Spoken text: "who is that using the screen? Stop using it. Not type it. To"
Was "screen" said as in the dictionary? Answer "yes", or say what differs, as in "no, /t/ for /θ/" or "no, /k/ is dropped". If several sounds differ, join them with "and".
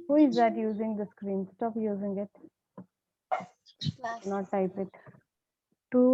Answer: yes